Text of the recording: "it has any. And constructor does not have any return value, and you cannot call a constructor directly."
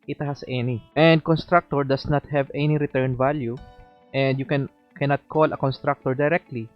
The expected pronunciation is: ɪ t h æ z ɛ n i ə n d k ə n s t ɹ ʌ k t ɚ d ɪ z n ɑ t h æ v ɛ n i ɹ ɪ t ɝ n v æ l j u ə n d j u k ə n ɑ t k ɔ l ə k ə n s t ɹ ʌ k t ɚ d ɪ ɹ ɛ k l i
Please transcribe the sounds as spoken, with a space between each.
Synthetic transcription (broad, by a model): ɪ t h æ s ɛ n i ə n d k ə n s t ɹ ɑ k t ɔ d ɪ s n ɑ t h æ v ɛ n i ɹ ɪ t ɝ n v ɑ l j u ə n d j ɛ k ə n ɑ t k ɔ l ə k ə n s t ɹ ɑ k t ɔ d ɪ ɹ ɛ k l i